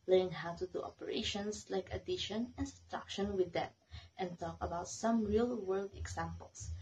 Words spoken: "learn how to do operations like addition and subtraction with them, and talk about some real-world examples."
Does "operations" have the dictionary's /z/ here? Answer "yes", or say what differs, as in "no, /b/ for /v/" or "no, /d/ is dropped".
no, /s/ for /z/